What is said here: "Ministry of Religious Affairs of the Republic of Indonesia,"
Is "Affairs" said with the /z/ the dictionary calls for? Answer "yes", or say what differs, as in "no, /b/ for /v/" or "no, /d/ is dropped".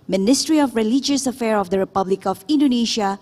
no, /z/ is dropped